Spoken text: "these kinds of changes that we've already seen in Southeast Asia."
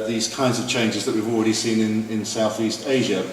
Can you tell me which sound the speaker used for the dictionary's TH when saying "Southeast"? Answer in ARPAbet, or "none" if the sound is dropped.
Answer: TH